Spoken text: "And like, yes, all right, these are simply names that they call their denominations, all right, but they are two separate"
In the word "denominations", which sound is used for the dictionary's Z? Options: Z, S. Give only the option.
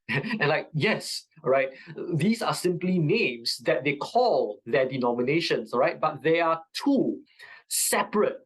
S